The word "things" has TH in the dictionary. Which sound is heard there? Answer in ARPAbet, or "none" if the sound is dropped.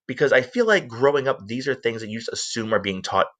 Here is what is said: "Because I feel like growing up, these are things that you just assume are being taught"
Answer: TH